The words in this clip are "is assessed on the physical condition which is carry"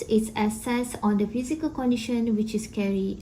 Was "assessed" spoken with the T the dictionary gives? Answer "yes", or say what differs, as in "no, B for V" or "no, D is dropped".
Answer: no, T is dropped